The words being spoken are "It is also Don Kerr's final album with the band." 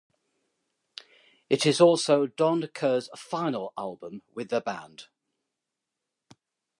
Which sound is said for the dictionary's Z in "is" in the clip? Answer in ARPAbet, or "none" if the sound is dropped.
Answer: Z